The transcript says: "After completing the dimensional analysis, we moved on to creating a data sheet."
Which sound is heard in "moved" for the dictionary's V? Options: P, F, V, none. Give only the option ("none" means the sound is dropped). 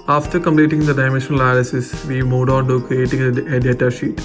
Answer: none